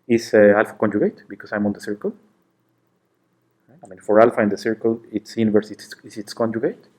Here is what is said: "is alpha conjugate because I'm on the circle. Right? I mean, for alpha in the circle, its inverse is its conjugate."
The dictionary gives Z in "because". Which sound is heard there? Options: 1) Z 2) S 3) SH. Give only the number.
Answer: 2